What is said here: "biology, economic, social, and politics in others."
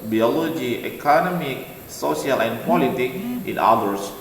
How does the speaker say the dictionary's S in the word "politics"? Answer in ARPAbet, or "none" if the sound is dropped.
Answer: none